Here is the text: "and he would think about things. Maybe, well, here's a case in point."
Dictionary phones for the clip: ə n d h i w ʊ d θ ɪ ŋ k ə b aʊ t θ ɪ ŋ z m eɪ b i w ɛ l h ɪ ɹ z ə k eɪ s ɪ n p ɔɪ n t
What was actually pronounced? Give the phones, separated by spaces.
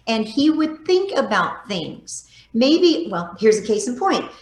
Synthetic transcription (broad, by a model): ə n i w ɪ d θ ɪ ŋ k ə b aʊ t θ ɪ ŋ z m eɪ b i w ɛ l h ɪ ɹ z ə k eɪ s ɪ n p ɔɪ n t